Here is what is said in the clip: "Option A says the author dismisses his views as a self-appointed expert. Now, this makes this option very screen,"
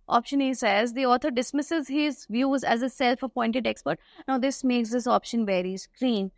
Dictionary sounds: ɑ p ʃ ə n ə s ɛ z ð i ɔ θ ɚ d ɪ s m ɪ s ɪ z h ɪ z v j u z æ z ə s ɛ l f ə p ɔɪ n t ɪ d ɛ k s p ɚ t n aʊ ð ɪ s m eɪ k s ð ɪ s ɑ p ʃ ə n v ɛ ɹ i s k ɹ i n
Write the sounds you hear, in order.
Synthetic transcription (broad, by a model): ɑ p ʃ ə n ə s ɛ z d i ɔ t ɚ d ɪ s m ɪ s ɪ z h ɪ z v j u z æ z ə s ɛ l f ə p ɔɪ n t ɪ d ɛ k s p ɚ t n aʊ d ɪ s m eɪ k s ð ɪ s ɑ p ʃ ə n v ɛ ɹ i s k ɹ i n